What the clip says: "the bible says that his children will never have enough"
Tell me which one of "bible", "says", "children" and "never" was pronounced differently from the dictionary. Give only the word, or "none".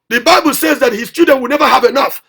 children